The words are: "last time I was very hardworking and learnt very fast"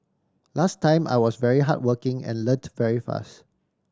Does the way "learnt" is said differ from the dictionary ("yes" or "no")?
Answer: yes